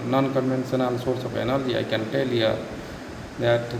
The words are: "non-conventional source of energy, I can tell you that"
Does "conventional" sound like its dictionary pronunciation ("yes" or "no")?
no